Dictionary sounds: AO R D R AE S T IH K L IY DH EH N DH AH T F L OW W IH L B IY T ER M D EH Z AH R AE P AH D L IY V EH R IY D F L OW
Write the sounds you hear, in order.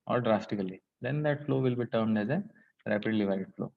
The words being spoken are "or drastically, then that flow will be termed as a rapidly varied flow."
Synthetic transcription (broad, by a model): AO R D R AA S T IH K L IY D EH N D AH T F L OW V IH L B IY T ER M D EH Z AH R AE P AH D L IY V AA IY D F L OW